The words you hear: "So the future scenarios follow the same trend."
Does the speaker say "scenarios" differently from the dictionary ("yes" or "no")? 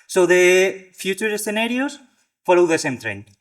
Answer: yes